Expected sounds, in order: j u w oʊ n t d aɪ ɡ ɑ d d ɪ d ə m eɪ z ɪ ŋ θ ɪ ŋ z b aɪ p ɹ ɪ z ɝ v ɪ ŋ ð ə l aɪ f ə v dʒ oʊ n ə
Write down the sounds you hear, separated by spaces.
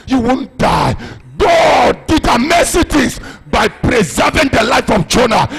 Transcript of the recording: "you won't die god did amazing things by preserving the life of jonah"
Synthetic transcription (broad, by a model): j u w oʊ n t d aɪ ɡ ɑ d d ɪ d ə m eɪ s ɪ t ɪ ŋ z b aɪ p ɹ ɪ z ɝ v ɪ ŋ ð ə l aɪ f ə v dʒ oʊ n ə